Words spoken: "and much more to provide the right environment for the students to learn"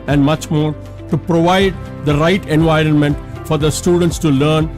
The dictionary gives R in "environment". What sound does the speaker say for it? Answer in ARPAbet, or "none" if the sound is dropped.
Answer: R